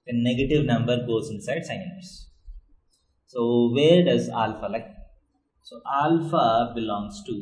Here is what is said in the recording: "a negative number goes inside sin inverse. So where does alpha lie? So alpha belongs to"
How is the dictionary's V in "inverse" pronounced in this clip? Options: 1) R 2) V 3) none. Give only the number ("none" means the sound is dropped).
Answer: 3